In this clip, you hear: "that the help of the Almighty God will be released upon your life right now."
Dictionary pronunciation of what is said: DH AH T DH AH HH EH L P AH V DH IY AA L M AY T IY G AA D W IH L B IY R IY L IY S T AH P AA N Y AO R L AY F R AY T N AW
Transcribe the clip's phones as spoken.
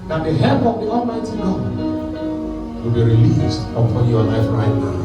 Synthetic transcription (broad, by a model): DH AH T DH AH HH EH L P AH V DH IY AA L M AY T IY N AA W IH L B IY R IY L IY S T AH P AA N Y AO L AY F R AY T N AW